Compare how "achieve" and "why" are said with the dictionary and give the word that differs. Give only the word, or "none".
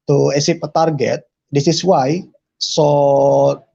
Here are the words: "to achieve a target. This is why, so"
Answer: achieve